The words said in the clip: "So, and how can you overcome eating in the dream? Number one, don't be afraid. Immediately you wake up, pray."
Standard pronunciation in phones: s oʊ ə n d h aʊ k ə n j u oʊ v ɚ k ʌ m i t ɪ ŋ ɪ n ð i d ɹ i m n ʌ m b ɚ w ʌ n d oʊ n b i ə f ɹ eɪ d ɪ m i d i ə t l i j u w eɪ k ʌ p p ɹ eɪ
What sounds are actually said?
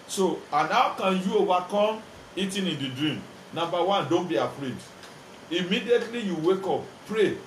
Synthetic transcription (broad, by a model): s oʊ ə n h aʊ k ə n j u oʊ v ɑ k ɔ m i t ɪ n ɪ n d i d ɹ i m n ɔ m b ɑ w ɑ n d oʊ n b i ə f ɹ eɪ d ɪ m i d i ə t l i j u w eɪ k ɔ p p ɹ eɪ